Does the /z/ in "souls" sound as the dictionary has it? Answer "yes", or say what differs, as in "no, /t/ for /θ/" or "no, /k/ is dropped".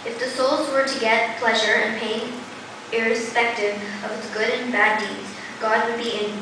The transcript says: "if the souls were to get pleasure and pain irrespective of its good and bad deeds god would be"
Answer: yes